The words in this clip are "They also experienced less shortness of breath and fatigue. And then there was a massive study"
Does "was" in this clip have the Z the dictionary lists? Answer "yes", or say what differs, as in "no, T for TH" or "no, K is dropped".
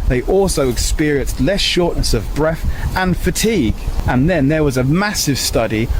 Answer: yes